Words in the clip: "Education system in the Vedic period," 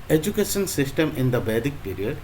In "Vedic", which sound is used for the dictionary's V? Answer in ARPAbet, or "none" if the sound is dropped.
B